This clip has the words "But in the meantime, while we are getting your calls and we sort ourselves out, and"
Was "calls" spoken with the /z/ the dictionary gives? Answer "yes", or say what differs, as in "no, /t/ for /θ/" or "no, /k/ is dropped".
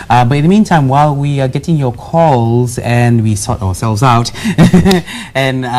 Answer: yes